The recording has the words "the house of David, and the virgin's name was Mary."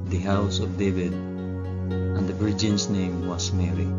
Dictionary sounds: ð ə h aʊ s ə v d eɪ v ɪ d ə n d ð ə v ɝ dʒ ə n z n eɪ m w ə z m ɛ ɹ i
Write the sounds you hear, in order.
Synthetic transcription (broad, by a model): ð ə h aʊ s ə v d eɪ v ɪ d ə n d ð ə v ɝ dʒ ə n s n eɪ m w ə s m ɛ ɹ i